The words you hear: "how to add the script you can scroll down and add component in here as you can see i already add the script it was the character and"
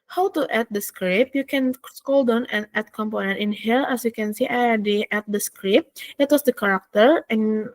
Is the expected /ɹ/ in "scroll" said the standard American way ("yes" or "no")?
no